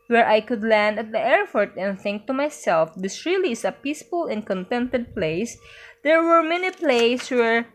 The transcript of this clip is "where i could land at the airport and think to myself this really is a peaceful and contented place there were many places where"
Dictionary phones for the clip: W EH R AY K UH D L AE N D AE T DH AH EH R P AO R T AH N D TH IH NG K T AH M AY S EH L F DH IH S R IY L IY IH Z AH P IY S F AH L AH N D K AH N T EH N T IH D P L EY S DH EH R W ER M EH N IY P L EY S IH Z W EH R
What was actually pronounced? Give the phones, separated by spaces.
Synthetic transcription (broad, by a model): W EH R AY K UH D L AE N D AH T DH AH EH R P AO R T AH N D TH IH NG K T AH M AY S EH L F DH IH S R IY L IY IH S AH P IY S F AH L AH N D K AH N T EH N T IH D P L EY S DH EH R W ER M EH N IY P L EY IH S W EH R